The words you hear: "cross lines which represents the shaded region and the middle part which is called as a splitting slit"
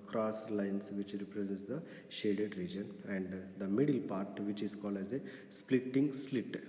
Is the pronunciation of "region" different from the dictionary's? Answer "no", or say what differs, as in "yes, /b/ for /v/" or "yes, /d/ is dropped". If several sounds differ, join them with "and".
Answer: no